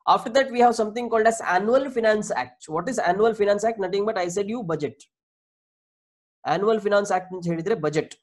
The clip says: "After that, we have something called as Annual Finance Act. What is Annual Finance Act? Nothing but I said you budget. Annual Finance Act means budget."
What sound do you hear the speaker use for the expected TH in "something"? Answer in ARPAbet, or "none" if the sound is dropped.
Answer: T